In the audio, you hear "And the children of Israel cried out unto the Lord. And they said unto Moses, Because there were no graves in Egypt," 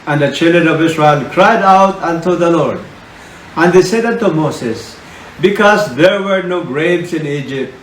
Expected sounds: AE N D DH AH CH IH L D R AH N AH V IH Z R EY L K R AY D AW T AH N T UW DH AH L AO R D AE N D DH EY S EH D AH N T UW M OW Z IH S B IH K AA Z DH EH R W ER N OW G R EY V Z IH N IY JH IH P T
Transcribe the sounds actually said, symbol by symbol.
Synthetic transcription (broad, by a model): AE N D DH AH CH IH L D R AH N AH V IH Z R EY L K R AY D AW T AH N T UW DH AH L AO R D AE N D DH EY S EH D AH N T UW M OW S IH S B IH K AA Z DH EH R W ER N OW G R EY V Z IH N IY JH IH P T